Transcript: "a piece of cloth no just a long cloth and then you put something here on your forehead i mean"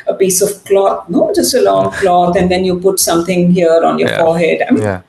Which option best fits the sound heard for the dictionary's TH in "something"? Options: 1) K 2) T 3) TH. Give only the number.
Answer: 2